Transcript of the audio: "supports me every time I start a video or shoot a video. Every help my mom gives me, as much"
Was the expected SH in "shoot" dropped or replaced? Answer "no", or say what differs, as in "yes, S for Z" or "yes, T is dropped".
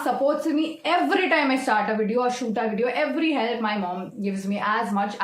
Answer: no